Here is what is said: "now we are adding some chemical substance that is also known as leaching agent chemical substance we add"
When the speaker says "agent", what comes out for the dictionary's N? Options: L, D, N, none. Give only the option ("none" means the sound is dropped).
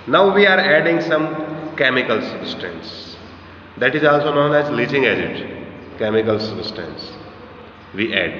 none